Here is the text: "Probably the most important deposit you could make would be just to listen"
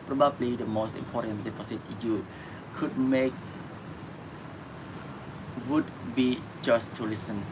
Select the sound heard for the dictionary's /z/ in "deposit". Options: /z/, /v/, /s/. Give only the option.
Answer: /s/